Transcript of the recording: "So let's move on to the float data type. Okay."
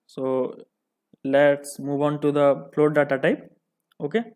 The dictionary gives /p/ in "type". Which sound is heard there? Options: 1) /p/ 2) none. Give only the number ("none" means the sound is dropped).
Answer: 1